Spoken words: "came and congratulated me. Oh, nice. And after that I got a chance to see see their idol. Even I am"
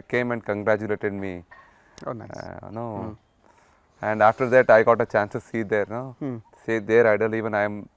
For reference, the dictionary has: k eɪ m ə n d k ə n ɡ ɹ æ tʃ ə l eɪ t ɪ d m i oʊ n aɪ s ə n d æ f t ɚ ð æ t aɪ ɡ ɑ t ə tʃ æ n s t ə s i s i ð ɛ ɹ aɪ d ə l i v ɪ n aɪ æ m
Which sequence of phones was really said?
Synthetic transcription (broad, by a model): k eɪ m ə n d k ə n ɡ ɹ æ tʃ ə l eɪ t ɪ d m i oʊ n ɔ ə n d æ f t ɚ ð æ t aɪ ɡ ɑ t ə tʃ æ n s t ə s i s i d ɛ ɹ aɪ d ə l i v ɪ n aɪ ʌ m